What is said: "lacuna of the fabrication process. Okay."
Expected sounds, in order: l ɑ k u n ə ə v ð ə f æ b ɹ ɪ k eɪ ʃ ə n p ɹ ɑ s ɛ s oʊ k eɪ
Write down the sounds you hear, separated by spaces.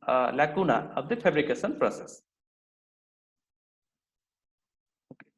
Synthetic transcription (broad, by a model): l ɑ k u n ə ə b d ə p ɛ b ɹ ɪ k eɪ s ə n p ɹ ɑ s ɛ s